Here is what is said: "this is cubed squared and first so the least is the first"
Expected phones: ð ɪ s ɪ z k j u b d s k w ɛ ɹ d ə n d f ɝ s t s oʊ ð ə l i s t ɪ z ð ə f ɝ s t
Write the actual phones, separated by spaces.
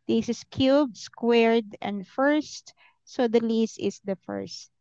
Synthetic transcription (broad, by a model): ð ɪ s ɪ s k j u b s k w ɛ ɹ d ə n d f ɝ s t s oʊ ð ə l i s ɪ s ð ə f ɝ s t